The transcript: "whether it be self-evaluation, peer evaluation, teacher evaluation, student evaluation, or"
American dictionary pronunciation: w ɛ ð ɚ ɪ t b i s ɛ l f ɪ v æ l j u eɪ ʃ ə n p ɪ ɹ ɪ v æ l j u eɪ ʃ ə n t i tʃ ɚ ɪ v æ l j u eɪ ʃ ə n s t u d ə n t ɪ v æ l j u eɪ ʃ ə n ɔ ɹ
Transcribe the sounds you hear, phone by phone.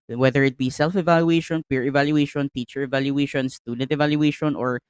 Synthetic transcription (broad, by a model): w ɛ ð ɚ ɪ t b i s ɛ l f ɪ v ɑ l j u eɪ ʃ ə n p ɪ ɹ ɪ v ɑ l j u eɪ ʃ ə n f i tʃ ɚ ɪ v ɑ l j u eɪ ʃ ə n s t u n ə t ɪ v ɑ l j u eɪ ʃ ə n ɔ ɹ